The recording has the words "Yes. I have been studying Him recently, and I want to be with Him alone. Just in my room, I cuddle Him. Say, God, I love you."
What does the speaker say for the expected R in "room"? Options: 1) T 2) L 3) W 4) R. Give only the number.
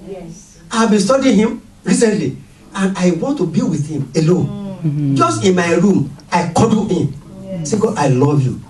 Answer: 4